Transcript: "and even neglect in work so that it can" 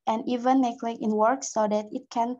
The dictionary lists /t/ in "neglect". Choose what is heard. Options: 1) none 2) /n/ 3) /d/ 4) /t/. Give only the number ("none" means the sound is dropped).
1